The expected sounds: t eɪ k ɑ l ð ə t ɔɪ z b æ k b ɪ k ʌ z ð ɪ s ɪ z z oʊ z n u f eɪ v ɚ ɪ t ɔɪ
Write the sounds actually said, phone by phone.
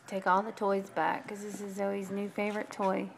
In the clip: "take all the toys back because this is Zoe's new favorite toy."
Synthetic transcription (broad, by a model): t eɪ k ɑ l ð ə t ɔɪ z b æ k k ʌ z ð ɪ s ɪ z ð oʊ z n u f eɪ v ɚ ɪ t ɔɪ